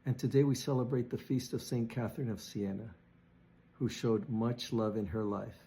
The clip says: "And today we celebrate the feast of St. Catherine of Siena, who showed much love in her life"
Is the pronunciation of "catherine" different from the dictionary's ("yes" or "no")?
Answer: no